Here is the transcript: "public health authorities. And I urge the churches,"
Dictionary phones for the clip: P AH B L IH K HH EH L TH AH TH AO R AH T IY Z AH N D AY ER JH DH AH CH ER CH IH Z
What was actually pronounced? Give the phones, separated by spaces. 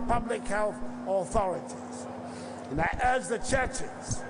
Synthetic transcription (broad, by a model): P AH B L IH K HH EH L TH AH TH AO R AH T IY Z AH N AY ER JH DH AH CH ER CH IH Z